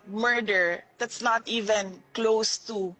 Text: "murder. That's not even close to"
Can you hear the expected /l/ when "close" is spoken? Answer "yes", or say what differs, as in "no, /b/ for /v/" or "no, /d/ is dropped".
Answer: yes